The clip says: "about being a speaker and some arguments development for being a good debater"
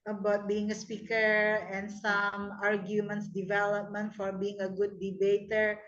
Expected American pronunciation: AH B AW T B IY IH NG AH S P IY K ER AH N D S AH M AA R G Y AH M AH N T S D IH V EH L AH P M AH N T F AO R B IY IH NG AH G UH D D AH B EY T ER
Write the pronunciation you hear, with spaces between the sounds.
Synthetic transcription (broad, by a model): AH B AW T B IY IH NG AH S P IY K ER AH N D S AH M AA R G Y AH M AH N T S D IH V EH L AH P M AH N T F AO R B IY IH NG AH G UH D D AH B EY T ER